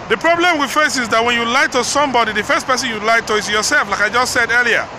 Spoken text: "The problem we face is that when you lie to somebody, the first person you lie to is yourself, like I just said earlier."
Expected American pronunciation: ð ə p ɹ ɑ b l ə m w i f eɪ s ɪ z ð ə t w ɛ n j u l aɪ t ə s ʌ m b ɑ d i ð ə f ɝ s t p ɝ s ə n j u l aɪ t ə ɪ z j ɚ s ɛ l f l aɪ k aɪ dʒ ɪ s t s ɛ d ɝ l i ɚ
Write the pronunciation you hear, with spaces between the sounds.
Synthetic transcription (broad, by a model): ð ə p ɹ ɑ b l ə m w i f eɪ s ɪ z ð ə t w ɛ n j u l aɪ t ə s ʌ m b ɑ d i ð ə f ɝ s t p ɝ s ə n j u l aɪ t ə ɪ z j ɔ s ɛ l f l aɪ k aɪ dʒ ɪ s t s ɛ d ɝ l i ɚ